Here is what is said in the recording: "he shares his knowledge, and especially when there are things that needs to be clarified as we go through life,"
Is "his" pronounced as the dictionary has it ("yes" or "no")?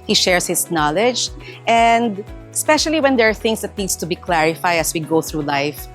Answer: no